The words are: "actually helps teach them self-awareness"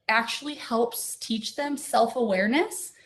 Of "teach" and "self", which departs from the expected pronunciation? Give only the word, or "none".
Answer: none